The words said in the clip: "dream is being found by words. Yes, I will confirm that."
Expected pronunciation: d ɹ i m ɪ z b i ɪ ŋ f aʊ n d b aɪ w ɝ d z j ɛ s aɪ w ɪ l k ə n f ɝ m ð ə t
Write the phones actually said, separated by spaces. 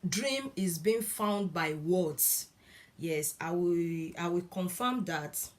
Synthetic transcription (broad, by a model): d ɹ i m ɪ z b i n f aʊ n d b aɪ w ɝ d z j ɛ s aɪ w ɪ w k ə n f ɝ m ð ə t